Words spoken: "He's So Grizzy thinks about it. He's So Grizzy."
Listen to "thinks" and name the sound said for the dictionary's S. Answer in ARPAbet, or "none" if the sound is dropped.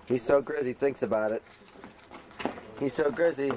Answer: S